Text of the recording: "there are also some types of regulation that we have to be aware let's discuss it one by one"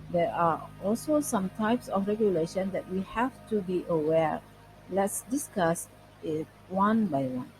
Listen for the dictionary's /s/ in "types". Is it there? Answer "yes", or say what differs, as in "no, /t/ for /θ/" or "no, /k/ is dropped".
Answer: yes